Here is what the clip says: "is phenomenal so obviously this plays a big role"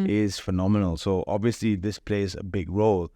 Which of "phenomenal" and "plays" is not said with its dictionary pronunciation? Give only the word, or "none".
none